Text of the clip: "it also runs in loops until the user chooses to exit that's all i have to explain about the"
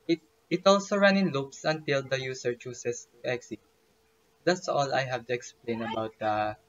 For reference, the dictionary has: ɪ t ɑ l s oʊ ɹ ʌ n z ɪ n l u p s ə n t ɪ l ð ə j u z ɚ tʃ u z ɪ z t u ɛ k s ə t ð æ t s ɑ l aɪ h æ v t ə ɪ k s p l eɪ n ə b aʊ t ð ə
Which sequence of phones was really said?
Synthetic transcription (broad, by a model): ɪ t ɑ l s oʊ ɹ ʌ n ɪ n l u p s ə n t ɪ l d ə j u s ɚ tʃ u s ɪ s t u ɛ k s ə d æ t s ɑ l aɪ h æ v t ə ɪ k s p l eɪ n ə b aʊ t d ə